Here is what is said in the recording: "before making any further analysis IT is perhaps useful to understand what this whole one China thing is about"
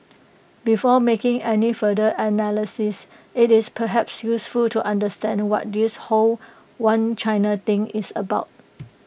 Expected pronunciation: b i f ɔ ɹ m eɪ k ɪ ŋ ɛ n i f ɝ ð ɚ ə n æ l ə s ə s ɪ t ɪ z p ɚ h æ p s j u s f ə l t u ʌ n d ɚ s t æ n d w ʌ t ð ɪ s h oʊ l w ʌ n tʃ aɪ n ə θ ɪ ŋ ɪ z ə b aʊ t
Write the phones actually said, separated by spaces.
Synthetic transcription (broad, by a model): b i f ɔ m eɪ k ɪ ŋ ɛ n i f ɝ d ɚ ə n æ l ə s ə s ɪ t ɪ s p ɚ h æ p s j u s f ə l t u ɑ n d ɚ s t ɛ n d w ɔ t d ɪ s h oʊ l w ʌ n tʃ aɪ n ə t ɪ ŋ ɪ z ə b aʊ t